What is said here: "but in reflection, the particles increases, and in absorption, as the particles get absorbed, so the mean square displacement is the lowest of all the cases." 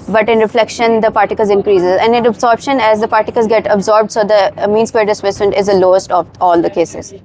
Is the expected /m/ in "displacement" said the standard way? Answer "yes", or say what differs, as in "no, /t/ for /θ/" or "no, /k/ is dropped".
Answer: no, /m/ is dropped